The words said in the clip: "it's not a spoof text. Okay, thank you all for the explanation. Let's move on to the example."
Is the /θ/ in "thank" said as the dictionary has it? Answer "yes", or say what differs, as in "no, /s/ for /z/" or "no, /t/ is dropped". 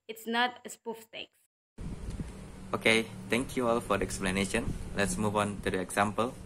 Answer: no, /t/ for /θ/